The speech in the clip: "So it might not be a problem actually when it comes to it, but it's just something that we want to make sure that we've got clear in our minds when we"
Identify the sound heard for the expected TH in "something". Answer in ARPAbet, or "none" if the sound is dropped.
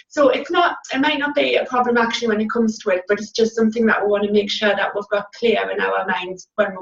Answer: TH